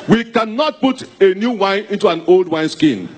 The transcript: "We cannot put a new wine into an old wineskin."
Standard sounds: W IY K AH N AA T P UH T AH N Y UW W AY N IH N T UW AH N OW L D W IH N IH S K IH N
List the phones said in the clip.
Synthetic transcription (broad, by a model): W IY K AH N AA T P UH T AH N Y UW W AY N IH N T UW AH N OW L D W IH N S K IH N